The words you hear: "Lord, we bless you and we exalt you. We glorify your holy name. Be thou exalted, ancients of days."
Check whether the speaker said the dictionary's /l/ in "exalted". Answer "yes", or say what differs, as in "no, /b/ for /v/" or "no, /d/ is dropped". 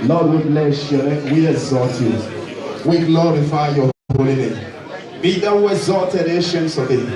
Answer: no, /l/ is dropped